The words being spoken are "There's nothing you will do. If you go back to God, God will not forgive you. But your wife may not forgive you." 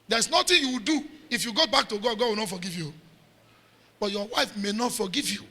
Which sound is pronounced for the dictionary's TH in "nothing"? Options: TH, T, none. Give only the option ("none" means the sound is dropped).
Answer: T